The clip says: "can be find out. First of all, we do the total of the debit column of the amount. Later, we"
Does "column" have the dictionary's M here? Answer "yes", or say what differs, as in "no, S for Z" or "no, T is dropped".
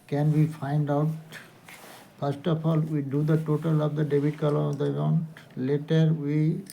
no, M is dropped